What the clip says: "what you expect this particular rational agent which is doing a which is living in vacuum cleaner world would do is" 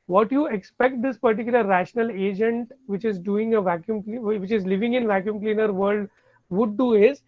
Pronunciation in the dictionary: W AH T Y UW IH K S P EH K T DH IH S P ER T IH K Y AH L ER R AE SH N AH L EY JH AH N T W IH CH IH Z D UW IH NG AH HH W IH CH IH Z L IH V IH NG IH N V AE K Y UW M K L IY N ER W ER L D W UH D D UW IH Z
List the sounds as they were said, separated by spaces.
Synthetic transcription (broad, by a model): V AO T Y UW IH K S P EH K T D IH S P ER T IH K Y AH L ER R AE SH N AH L EY JH AH N T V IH CH IH Z D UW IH NG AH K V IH CH IH Z L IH V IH NG IH N V AE K Y UW M K L IY N ER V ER L D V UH D D UW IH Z